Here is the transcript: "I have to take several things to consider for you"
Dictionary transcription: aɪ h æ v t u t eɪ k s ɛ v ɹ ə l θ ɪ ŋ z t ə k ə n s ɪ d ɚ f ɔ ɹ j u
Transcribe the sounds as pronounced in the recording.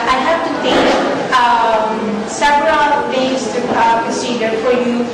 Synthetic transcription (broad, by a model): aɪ h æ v t u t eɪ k s ɛ v ɹ ə l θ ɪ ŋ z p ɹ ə s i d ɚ f ɔ ɹ j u